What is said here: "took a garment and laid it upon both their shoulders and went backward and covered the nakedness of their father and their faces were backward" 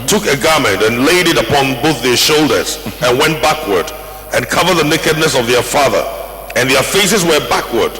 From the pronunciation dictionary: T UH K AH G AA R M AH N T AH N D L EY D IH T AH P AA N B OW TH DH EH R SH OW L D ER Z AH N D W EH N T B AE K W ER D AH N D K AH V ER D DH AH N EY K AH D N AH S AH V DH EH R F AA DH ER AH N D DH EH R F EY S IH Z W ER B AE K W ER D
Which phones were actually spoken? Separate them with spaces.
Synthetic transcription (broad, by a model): T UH K AH G AA R M AH N T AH N L EY D IH T AH P AA N B OW TH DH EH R SH OW L D ER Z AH N W EH N T B AE K W ER D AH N K AH V ER D DH AH N EY K AH D N AH S AH V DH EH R F AA DH ER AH N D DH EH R F EY S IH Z W ER B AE K W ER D